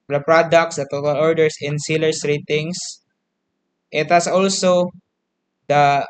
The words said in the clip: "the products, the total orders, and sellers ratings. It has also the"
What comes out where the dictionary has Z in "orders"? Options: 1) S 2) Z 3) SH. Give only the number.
1